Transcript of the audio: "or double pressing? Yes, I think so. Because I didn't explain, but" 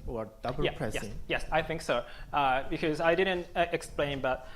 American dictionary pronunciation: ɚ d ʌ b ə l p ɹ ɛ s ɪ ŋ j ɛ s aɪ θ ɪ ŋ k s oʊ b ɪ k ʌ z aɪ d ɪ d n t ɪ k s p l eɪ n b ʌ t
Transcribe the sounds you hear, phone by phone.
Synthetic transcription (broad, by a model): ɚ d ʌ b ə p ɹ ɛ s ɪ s j ɛ s aɪ θ ɪ ŋ k s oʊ b ɪ k ʌ z aɪ d ɪ d n t ɪ k s p l eɪ n b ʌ t